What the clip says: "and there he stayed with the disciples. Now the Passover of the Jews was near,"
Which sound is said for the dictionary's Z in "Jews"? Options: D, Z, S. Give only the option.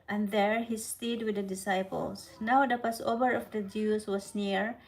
S